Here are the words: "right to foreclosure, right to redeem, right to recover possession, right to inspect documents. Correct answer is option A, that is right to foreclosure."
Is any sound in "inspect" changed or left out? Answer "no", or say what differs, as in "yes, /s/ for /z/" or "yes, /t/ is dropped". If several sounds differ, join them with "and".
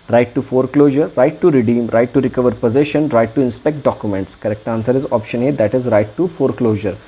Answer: no